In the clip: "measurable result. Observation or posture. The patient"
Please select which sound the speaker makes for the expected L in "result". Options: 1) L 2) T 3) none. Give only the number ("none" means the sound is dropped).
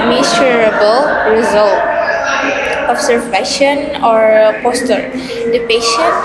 1